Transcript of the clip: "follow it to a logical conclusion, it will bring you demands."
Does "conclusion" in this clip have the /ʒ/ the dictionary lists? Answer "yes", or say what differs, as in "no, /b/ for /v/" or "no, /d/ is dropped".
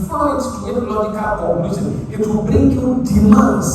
no, /z/ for /ʒ/